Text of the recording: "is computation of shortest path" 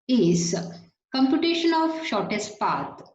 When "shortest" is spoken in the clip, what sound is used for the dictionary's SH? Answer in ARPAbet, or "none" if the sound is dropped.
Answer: SH